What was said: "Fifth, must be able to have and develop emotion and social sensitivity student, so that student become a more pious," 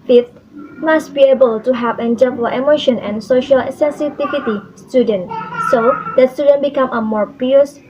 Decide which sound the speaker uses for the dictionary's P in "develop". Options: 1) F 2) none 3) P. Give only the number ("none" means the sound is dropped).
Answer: 2